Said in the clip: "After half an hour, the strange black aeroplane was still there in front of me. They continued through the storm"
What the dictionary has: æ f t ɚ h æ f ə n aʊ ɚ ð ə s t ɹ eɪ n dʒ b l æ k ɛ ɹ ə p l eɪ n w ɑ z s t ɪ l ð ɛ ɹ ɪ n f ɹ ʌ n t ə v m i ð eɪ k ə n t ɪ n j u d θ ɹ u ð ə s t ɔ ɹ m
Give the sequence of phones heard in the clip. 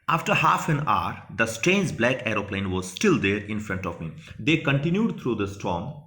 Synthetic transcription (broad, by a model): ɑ f t ɚ h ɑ f ə n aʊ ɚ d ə s t ɹ eɪ n dʒ b l æ k ɛ ɹ ə p l eɪ n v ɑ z s t ɪ l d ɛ ɹ ɪ n f ɹ ʌ n t ə v m i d eɪ k ə n t ɪ n j u d t ɹ u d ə s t ɔ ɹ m